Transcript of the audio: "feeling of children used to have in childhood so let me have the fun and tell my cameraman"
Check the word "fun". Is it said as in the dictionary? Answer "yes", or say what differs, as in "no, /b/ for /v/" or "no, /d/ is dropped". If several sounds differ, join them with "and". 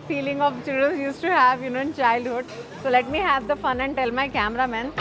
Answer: yes